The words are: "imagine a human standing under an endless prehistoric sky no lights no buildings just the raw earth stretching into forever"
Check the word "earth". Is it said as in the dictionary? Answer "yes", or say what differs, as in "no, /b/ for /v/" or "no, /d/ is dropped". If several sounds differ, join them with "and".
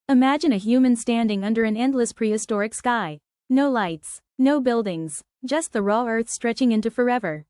yes